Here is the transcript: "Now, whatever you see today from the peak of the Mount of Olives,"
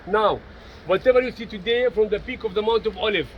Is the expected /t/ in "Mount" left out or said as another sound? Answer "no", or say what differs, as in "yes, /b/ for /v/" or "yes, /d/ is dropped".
no